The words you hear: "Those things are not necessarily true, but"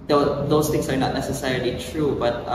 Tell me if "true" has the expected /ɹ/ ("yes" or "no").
yes